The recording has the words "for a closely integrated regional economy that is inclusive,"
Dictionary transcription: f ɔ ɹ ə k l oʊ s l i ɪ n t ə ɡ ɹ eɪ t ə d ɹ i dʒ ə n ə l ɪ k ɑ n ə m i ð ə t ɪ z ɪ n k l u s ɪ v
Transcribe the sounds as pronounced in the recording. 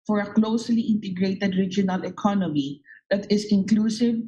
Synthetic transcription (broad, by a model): f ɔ ɹ ə k l oʊ s l i ɪ n t ə ɡ ɹ eɪ t ə d ɹ i dʒ ə n ə l ɪ k ɑ n ə m i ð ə t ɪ s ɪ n k l u s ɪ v